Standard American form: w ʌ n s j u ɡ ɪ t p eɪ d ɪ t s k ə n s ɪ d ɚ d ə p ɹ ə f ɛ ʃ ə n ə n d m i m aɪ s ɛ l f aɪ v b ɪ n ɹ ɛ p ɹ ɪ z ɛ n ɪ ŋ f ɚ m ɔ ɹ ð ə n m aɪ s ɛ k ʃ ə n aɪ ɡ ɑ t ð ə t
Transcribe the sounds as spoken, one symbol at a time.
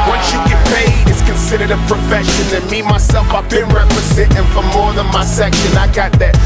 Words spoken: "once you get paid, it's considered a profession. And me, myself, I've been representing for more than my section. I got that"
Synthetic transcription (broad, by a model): w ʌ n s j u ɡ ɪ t p eɪ ɪ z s k ə n s ɪ d ɚ d ə p ɹ ə f ɛ ʃ ə n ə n m i m aɪ s ɛ l f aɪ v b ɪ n ɹ ɛ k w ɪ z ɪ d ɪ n f ɚ m ɔ ɹ ð ə n m aɪ s ɛ k ʃ ə n aɪ ɡ ɑ t ð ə t